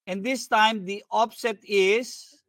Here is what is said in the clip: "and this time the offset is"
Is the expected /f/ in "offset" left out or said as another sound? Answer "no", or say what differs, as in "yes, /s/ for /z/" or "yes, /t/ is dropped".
yes, /p/ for /f/